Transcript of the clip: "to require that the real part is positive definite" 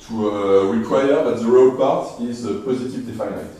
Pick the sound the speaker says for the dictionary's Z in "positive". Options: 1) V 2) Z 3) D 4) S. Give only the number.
2